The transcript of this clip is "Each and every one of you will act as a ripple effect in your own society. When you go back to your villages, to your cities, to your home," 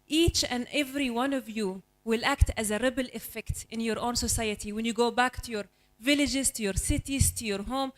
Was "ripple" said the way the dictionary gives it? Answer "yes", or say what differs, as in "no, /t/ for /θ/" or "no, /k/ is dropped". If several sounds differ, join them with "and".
no, /b/ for /p/